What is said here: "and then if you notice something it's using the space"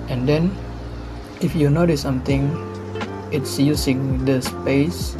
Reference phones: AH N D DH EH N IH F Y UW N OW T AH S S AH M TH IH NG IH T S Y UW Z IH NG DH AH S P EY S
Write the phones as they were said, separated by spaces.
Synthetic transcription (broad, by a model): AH N D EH N IH F Y UW N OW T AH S S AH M T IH NG IH T S Y UW S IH NG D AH S P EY S